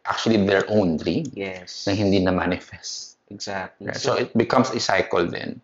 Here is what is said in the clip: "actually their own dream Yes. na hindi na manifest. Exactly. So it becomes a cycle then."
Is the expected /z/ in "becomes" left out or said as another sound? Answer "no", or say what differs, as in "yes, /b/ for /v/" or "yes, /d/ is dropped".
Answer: yes, /s/ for /z/